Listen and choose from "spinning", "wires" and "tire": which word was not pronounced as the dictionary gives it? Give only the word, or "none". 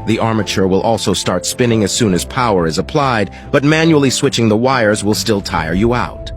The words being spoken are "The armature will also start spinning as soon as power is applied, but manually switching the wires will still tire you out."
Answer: none